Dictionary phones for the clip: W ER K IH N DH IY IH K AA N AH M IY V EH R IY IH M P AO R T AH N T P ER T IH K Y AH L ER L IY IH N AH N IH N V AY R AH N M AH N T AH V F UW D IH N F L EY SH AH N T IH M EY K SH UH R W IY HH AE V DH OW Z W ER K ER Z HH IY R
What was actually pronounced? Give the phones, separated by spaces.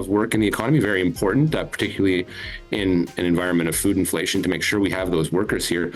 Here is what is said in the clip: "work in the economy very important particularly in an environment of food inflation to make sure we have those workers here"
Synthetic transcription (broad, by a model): W ER K IH N DH IY IH K AA N AH M IY V EH R IY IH M P AO R T N T P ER T IH K Y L L IY IH N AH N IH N V AY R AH N M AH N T AH V F UW D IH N F L EY SH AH N T IH M EY K SH UH R W IY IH V DH OW Z W ER K ER Z HH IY R